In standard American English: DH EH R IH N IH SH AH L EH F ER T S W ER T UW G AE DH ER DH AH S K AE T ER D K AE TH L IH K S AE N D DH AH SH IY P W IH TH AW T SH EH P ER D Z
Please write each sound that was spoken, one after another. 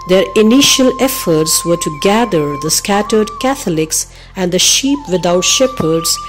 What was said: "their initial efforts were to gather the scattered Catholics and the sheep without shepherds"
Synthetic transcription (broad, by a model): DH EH R IH N IH SH AH L EH F ER T S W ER T UW G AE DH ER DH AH S K AE T ER D K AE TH L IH K S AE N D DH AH SH IY P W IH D AW T SH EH P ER D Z